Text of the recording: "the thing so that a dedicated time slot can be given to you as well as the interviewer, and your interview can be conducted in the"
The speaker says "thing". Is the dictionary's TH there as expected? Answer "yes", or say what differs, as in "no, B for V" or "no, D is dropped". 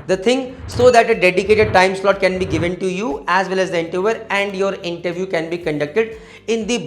no, T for TH